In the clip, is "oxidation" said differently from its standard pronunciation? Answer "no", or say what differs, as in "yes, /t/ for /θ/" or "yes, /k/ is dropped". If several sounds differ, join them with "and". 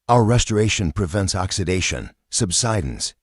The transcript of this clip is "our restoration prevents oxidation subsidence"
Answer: no